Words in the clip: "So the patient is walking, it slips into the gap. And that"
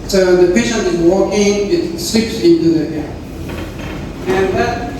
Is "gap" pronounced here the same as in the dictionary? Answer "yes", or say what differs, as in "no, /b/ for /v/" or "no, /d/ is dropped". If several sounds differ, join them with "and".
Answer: no, /p/ is dropped